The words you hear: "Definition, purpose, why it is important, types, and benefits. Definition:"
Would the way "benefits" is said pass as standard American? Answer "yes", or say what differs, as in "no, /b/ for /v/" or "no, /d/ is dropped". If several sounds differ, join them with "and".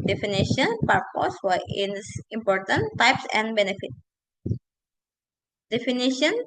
no, /s/ is dropped